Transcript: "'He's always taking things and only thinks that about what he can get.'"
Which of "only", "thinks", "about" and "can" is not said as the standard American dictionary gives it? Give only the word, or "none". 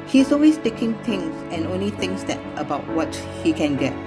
thinks